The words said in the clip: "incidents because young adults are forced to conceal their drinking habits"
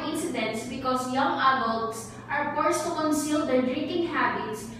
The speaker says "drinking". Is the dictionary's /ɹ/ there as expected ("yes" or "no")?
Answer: yes